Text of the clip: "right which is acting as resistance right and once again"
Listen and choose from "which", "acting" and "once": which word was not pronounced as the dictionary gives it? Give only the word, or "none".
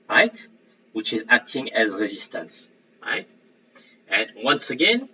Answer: none